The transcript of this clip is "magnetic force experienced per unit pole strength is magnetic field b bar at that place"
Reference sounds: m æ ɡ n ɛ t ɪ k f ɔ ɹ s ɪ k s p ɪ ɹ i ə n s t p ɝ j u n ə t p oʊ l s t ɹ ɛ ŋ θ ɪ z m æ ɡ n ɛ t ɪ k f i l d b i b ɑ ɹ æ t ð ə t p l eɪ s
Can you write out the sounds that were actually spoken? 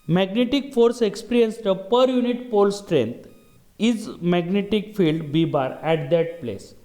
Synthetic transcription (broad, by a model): m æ ɡ n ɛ t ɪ k f ɔ ɹ s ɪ k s p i ɹ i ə n s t p ɝ j u n ə t p oʊ l s t ɹ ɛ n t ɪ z m æ ɡ n ɛ t ɪ k f i l d b i b ɑ ɹ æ t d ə t p l eɪ s